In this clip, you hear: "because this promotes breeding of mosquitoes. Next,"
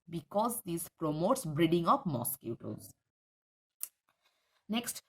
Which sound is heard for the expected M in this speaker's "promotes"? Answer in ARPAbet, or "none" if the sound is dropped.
M